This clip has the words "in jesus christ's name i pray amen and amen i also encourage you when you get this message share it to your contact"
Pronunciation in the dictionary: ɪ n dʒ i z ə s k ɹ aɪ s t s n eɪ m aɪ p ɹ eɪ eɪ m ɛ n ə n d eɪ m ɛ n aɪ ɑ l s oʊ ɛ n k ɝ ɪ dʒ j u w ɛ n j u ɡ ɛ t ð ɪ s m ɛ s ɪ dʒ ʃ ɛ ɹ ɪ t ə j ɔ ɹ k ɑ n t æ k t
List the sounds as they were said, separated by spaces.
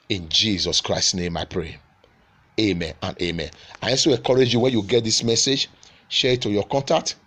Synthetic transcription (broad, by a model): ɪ n dʒ i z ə s k ɹ aɪ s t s n eɪ m aɪ p ɹ eɪ eɪ m ɛ n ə n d eɪ m ɛ n aɪ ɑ s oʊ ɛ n k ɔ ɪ dʒ j u w ɛ n j u ɡ ɛ t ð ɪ s m ɛ s ɪ dʒ ʃ ɛ ɹ ɪ t ə j ɔ k ɑ n t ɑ k t